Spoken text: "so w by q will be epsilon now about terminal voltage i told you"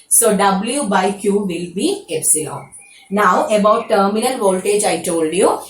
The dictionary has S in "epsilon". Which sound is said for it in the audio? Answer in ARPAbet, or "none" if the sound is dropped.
S